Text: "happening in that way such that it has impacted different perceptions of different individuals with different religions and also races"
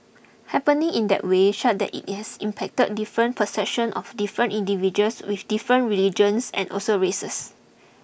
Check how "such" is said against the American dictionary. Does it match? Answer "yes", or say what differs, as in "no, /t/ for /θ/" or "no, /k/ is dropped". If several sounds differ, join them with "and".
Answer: no, /ʃ/ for /s/